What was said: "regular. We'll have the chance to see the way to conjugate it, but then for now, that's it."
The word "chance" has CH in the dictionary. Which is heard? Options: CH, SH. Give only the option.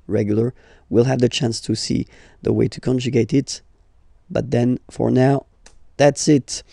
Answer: CH